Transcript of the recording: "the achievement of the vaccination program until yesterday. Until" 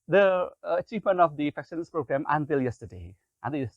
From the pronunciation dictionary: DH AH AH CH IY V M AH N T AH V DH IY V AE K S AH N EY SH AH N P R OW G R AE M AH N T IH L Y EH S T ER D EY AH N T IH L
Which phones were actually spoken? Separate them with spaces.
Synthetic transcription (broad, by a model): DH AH AH CH IY V M AH N T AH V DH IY F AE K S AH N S P R OW G R AE M AH N T IH L Y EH S T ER D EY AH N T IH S